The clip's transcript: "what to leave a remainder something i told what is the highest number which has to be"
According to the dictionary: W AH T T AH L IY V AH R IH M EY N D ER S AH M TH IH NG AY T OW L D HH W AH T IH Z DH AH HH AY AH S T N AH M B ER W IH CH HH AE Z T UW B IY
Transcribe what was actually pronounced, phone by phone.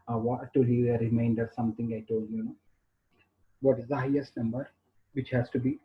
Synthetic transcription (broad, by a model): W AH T T AH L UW AH R IH M EY N D ER S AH M T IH NG AY T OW L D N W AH T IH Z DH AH HH AY AH S T N AH M B ER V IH CH HH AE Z T UW B IY